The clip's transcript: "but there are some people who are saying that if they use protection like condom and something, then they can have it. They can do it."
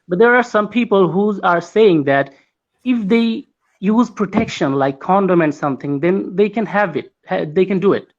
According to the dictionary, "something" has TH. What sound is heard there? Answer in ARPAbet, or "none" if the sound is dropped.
T